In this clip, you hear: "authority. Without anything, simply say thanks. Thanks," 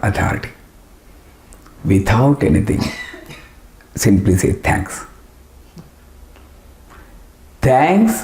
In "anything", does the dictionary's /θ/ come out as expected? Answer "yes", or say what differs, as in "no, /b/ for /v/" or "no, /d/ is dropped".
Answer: no, /t/ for /θ/